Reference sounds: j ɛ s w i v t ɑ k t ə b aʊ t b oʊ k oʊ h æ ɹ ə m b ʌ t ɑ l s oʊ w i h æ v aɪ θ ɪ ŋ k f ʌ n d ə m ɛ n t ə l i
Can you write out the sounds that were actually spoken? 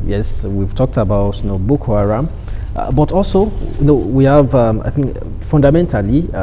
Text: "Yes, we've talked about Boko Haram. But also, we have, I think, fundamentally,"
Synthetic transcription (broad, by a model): j ɛ s w i v t ɑ k t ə b aʊ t b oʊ k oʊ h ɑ ɹ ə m b ʌ t ɑ l s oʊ w i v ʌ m aɪ θ ɪ ŋ k f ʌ n d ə m ɛ n t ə l i